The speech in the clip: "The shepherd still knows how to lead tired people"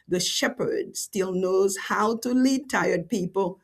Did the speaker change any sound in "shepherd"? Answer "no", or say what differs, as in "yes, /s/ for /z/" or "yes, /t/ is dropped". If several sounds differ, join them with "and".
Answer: no